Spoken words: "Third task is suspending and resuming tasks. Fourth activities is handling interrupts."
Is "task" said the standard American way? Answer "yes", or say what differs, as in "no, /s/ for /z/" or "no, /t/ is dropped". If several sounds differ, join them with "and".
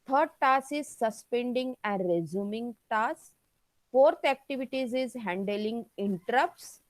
no, /k/ is dropped